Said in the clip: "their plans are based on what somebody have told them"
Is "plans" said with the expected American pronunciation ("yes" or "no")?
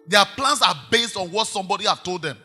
no